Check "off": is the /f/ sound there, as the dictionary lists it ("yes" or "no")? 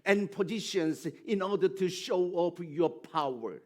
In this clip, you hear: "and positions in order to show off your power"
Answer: no